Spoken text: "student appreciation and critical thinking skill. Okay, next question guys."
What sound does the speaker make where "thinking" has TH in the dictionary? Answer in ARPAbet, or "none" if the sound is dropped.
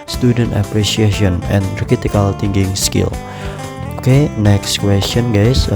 T